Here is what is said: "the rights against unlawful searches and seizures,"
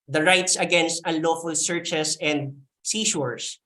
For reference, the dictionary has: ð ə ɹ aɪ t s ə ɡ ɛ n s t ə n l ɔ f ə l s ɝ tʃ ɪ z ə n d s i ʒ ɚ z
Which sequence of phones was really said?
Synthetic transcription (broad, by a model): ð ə ɹ aɪ t s ə ɡ ɛ n s t ə n l ɔ f ə l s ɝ tʃ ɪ s ə n d s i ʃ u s